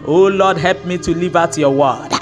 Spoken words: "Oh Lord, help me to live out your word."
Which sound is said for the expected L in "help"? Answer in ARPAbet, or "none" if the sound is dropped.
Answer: L